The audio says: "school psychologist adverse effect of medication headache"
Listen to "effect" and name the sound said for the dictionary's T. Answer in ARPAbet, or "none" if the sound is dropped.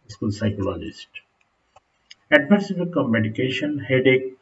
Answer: none